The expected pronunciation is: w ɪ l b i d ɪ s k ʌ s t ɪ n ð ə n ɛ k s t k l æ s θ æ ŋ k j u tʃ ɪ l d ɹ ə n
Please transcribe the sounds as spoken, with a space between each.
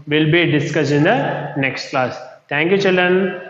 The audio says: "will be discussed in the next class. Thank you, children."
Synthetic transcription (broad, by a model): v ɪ l b i d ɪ s k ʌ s ɪ n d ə n ɛ k s t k l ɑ s t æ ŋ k j u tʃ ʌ l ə n